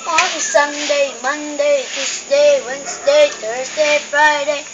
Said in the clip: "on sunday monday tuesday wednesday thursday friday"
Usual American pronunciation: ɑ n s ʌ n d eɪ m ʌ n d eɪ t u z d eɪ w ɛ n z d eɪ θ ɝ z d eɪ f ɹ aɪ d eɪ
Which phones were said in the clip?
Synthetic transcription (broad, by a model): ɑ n s ʌ n d eɪ m ʌ n d eɪ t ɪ s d eɪ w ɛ n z d eɪ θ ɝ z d eɪ f ɹ aɪ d eɪ